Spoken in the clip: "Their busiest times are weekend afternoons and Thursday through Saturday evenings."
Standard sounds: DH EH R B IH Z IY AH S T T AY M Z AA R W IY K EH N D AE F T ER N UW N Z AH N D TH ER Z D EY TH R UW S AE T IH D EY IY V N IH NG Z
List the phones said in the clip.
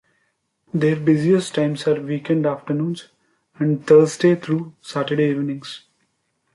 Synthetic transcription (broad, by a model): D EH R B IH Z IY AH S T T AY M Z AA R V IY K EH N D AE F T ER N UW N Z AH N D T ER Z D EY T R UW S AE T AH D EY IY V N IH NG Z